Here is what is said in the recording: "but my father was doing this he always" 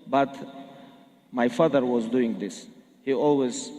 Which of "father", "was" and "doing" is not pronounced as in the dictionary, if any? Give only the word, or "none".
none